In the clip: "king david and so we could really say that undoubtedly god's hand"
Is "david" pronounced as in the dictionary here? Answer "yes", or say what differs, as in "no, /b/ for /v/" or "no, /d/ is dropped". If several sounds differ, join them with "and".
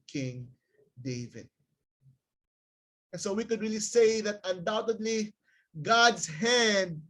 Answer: yes